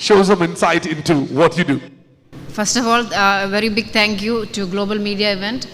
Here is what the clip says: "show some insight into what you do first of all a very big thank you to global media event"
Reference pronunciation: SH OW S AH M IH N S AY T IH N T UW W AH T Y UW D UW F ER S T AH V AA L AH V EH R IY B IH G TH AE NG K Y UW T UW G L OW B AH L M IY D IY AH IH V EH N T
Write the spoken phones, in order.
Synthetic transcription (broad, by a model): SH OW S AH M IH N S AY T IH N T UW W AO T Y UW D UW F ER S T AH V AA L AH V EH R IY B IH G T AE NG K Y UW T UW G L OW B AH L M IY D IY AH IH V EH N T